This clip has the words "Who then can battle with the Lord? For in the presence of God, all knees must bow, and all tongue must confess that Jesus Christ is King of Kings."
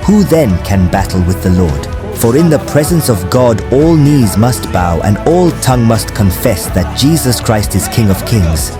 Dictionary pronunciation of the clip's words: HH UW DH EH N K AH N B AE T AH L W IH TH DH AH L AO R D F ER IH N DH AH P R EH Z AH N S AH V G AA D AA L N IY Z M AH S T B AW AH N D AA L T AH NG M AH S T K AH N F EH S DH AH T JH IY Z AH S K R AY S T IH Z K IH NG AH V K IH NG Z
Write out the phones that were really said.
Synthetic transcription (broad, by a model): HH UW DH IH N K AH N B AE T L W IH DH AH L AO R D F ER IH N DH AH P R EH Z AH N S AH V G AA D AA L N IY Z M AH S T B AW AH N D AA L T AH NG M AH S T K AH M F EH S DH AH T JH IY Z AH S K R AY S T IH Z K IH NG AH V K IH NG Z